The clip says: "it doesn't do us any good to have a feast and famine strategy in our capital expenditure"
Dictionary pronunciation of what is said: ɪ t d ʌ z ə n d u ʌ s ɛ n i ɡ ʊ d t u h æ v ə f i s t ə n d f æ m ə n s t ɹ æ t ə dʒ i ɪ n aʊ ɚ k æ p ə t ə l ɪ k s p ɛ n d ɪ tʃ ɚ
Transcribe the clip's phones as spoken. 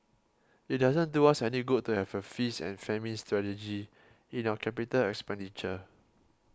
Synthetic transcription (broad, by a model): ɪ t d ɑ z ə n d u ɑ s ɛ n i ɡ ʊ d t u h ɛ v ə f i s ə n f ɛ m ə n s t ɹ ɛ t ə dʒ i ɪ n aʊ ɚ k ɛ p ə t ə l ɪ k s p ɛ n d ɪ tʃ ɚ